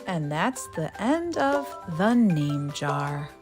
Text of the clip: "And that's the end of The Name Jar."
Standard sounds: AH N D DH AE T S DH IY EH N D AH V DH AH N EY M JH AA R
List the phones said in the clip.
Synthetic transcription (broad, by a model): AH N DH AE T S DH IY EH N D AH V DH AH N EY M JH AA R